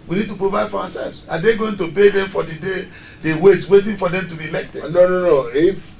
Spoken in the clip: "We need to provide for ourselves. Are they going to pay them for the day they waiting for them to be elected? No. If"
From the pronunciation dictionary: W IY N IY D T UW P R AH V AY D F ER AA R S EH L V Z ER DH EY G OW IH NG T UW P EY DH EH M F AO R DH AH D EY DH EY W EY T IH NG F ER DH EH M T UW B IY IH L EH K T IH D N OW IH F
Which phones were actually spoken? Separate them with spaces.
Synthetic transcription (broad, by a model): W IY N IY D T UW P R AH V AY D F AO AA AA S EH L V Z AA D EY G OW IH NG T UW B EY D EH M F AO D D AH D EY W EY W EY T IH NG F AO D EH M T UW B IY L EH K T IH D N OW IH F